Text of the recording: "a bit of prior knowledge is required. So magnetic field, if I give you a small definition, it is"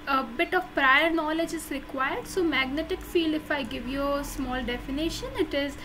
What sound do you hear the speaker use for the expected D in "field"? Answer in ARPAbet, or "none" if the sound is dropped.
none